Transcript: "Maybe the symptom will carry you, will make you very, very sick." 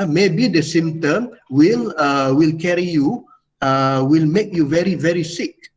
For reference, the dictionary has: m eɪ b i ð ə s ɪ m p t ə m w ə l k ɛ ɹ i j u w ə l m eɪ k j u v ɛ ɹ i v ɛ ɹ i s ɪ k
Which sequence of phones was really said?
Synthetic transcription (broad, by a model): m eɪ b i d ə s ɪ m t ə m w ə l k ɛ ɹ i j u w ə l m eɪ k j u v ɛ ɹ i v ɛ ɹ i s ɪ k